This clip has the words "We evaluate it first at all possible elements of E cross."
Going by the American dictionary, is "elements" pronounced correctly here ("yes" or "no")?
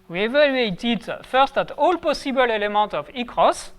no